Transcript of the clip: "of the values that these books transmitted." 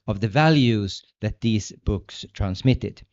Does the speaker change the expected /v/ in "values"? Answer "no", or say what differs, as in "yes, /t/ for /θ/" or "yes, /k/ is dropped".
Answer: no